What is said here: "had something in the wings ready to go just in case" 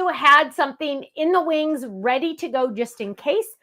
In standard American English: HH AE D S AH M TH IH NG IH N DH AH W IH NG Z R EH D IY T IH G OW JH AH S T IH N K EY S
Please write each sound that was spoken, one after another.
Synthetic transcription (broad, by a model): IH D S AH M TH IH NG IH N DH AH W IH NG Z R EH D IY T IH G OW JH AH S T IH N K EY S